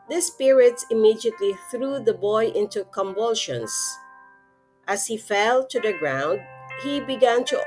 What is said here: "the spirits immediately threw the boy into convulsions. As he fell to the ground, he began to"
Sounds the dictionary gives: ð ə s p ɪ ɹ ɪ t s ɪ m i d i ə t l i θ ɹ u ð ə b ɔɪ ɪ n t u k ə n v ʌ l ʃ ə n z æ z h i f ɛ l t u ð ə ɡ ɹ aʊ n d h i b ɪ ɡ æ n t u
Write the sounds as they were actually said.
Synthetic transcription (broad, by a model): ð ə s p ɪ ɹ ɪ t s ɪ m i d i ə t l i θ ɹ u ð ə b ɔɪ ɪ n t u k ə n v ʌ l ʃ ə n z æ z h i f ɛ l t u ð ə ɡ ɹ aʊ n d h i b ɪ ɡ æ n t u